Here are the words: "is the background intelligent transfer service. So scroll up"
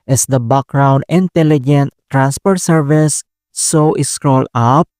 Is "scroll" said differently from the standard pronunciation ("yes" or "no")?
no